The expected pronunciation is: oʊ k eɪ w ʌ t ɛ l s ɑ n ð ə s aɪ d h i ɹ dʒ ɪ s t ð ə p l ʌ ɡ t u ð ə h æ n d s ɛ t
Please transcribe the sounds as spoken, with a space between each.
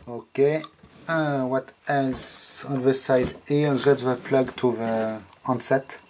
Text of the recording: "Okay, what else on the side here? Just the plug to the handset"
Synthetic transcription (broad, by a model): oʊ k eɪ w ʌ t ɛ l s ɑ n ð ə s aɪ d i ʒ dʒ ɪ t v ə p l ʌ ɡ t u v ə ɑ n s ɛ t